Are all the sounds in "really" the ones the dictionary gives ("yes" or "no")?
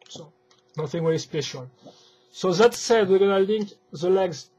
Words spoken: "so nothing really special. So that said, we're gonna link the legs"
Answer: no